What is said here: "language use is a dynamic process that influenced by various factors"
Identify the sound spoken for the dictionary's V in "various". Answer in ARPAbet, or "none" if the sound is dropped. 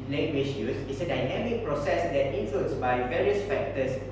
V